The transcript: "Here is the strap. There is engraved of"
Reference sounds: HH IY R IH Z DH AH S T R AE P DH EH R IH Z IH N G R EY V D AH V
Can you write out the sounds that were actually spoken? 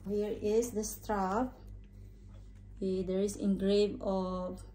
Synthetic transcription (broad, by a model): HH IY R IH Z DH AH S T R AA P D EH R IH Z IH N G R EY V AH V